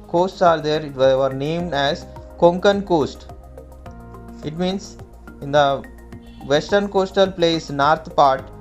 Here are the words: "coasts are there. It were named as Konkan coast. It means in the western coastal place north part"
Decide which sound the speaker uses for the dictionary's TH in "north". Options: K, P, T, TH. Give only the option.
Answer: T